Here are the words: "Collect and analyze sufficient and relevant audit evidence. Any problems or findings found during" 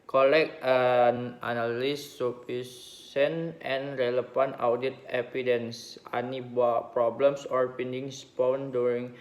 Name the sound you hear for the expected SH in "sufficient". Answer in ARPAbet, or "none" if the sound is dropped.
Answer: S